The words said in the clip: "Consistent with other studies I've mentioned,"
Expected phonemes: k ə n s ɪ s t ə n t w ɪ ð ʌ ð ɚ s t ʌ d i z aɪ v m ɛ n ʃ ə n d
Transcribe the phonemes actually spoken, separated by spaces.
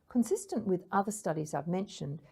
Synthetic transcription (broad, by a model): k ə n s ɪ s t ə n t w ɪ ð ʌ ð ɚ s t ʌ d i z aɪ v m ɛ n ʃ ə n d